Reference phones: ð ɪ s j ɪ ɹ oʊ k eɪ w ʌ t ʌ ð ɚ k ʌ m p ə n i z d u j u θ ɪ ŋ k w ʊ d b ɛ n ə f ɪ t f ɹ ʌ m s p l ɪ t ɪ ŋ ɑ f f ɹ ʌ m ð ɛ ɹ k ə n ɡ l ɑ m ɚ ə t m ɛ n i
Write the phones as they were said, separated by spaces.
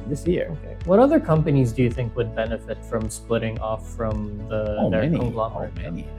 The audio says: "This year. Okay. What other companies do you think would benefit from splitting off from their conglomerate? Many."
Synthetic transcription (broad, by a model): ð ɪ s j ɪ ɹ oʊ k eɪ w ʌ t ʌ ð ɚ k ʌ m p ə n i z d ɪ j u θ ɪ ŋ k w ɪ d b ɛ n ə f ɪ t f ɹ ʌ m s p l ɪ t ɪ ŋ ɑ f f ɹ ʌ m ð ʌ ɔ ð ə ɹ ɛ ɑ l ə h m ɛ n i